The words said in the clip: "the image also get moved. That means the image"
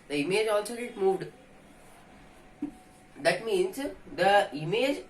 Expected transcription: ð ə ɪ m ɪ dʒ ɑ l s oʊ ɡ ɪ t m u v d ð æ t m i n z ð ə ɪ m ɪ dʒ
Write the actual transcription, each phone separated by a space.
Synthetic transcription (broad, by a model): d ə ɪ m ɪ dʒ ɑ l s oʊ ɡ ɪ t m u v d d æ t m i n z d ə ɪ m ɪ dʒ